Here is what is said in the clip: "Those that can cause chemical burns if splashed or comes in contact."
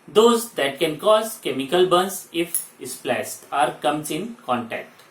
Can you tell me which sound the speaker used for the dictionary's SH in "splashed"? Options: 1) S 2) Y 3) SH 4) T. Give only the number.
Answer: 1